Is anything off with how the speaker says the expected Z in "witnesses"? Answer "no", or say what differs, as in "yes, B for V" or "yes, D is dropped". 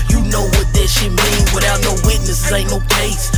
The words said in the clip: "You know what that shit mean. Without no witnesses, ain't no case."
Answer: yes, Z is dropped